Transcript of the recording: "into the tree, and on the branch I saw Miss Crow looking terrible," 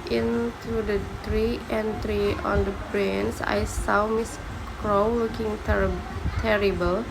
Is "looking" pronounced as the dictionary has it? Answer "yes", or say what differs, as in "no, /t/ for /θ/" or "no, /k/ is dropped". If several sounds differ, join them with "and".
no, /w/ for /l/